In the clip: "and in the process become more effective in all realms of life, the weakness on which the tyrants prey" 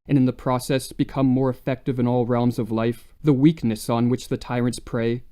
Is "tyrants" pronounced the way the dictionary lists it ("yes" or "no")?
yes